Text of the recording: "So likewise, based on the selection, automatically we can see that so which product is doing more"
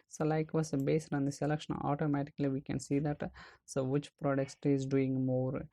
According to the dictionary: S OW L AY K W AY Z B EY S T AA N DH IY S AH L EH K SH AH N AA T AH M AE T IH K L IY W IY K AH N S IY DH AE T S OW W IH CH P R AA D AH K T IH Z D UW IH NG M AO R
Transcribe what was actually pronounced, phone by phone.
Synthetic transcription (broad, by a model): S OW L AY K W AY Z B EY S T AA N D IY S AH L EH K SH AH AA T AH M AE T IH K L IY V IY K AH N S IY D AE T S OW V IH CH P R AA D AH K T IH Z D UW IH NG M AO R